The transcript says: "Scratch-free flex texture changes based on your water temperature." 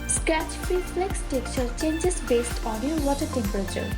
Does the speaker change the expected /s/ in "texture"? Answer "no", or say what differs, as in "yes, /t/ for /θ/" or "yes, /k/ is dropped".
yes, /s/ is dropped